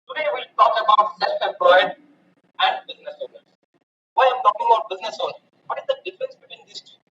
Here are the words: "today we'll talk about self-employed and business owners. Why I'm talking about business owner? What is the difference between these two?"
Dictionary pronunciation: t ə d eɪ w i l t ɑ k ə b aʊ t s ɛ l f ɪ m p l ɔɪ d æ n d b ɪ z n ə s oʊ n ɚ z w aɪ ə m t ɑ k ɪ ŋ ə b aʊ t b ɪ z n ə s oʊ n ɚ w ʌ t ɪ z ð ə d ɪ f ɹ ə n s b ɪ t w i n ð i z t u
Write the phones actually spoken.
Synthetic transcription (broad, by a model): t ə d eɪ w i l t ɑ k ə b aʊ t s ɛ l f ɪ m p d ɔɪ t æ n d b ɪ z n ə s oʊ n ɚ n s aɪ ə m t ɑ k ɪ ŋ ə b aʊ t b ɪ z n ə s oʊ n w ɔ t ɪ z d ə d ɪ f ɹ ə n s b ɪ t w i n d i s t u